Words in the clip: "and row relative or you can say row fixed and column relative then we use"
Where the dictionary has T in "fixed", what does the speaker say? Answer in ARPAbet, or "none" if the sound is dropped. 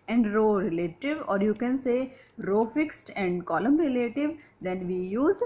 T